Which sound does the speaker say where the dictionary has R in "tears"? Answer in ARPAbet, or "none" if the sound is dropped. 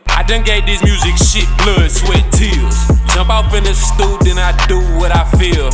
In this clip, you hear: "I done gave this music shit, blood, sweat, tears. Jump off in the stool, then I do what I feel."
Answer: L